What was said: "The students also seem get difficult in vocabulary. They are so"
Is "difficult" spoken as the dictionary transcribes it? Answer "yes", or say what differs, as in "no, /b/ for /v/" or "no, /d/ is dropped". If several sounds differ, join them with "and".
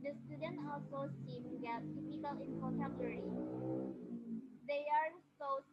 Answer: no, /p/ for /f/ and /t/ is dropped